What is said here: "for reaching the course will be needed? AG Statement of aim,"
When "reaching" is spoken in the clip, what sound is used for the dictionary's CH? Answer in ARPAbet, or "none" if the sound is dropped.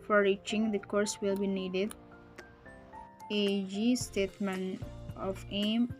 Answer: CH